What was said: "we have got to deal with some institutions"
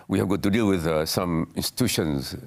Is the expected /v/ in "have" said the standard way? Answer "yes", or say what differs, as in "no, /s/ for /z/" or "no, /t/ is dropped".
yes